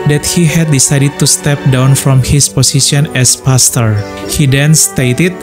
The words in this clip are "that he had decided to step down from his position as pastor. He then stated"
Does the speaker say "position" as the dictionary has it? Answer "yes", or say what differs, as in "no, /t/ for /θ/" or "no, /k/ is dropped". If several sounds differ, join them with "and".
no, /s/ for /z/